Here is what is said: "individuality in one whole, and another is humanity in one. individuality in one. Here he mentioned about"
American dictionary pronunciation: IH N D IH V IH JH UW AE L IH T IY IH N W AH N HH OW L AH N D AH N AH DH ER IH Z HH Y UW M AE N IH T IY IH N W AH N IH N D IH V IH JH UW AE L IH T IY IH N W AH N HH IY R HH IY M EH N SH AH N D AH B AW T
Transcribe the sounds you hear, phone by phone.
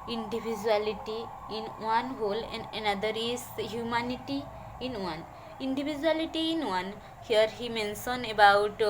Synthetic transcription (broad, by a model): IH N D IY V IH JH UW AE L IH T IY IH N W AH N HH OW L AH N D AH N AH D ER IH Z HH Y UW M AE N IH T IY IH N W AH N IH N D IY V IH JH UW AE L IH T IY IH N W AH N HH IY R HH IY M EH N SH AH N AH B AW T